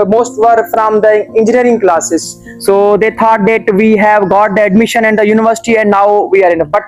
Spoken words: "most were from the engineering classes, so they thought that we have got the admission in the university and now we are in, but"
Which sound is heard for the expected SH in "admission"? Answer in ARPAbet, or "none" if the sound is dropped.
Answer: SH